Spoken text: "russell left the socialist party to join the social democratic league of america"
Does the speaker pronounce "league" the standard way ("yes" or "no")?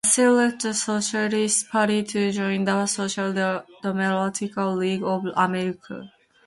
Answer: yes